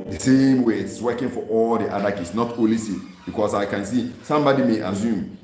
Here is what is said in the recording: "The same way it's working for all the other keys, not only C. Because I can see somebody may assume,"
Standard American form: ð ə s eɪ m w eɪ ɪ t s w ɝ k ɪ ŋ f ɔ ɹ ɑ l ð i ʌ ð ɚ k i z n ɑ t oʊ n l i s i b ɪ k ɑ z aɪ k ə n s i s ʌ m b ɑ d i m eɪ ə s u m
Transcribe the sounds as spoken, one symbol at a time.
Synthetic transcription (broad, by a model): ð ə s eɪ m w eɪ ɪ t s w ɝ k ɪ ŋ f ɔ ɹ ɑ l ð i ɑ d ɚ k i s n ɑ t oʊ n l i s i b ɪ k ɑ s aɪ k ə n s i s ʌ m b ɑ d i m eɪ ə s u m